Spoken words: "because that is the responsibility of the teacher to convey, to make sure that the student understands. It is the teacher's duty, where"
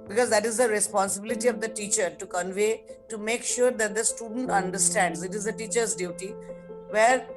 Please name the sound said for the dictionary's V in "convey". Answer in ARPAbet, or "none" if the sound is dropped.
V